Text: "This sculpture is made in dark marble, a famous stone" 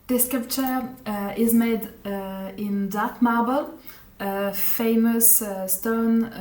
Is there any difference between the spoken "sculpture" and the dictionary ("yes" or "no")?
yes